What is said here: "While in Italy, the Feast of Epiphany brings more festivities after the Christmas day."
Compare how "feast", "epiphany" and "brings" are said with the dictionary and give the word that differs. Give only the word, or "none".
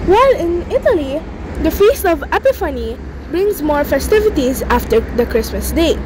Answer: none